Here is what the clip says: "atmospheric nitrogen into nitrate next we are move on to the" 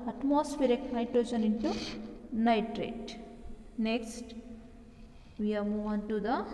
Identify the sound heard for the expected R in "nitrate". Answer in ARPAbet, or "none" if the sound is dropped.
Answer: R